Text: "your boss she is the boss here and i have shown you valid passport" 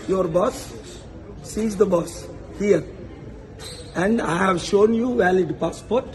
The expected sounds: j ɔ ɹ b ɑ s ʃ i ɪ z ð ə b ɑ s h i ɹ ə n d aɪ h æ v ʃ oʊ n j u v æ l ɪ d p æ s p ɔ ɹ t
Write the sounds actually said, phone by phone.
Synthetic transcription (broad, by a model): j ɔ ɹ b ɑ s i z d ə b ɑ s h i ɹ ə n d aɪ h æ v ʃ oʊ n j u v æ l ɪ d p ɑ s p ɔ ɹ t